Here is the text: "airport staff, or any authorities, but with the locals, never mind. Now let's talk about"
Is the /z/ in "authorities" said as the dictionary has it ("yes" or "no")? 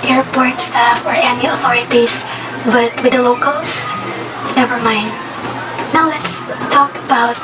no